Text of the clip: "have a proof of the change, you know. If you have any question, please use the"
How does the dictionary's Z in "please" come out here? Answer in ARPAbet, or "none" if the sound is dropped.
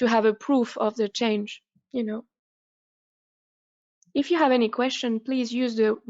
Z